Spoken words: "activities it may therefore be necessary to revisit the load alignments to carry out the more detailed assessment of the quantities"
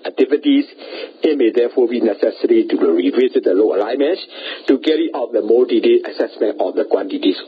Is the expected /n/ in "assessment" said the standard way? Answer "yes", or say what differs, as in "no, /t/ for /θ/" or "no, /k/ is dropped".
yes